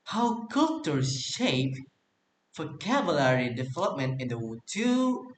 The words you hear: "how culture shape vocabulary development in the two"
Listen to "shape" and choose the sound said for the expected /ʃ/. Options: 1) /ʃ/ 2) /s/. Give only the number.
1